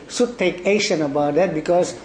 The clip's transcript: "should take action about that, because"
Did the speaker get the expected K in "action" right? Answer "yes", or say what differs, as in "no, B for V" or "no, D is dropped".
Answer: no, K is dropped